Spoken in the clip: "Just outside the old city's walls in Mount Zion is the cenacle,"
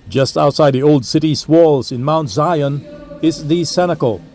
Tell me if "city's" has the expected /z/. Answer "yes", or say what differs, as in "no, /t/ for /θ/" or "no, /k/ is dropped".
no, /s/ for /z/